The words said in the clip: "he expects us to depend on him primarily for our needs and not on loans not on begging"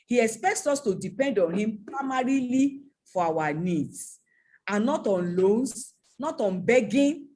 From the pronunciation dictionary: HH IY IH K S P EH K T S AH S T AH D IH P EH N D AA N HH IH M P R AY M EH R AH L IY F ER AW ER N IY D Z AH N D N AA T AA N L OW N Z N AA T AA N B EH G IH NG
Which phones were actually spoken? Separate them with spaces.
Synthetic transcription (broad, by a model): HH IY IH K S P EH K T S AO S T AH D IH P EH N D AA N HH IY M P R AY M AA R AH L IY F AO AW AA N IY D S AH N N AA T AA N L OW N S N AA T AA N B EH G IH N